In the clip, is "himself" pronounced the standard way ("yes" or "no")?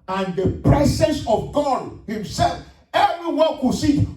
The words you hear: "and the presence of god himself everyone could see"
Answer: yes